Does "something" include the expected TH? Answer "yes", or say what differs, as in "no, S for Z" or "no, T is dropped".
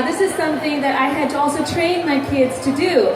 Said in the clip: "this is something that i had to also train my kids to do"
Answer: yes